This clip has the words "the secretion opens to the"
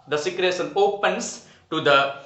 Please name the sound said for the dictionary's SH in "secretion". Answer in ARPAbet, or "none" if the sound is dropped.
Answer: S